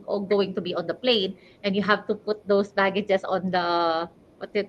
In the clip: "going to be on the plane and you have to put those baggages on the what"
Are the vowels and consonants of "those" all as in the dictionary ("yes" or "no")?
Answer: no